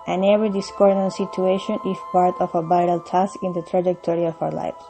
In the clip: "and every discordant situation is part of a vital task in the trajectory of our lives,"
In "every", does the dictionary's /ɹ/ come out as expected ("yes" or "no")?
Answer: no